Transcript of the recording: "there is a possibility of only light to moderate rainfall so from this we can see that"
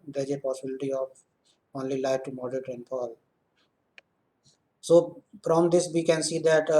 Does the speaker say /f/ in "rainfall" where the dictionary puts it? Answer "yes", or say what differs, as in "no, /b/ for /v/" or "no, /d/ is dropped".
no, /p/ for /f/